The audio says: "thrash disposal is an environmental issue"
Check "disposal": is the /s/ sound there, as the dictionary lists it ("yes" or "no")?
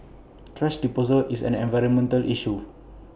no